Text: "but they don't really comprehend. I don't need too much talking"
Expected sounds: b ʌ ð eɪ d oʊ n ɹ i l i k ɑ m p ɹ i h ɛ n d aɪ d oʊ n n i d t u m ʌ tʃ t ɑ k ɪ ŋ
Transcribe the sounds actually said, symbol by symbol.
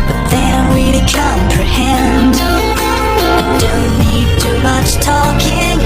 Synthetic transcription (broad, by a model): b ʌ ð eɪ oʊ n w i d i k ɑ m p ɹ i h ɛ n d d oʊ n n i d t u m ʌ tʃ t ɑ k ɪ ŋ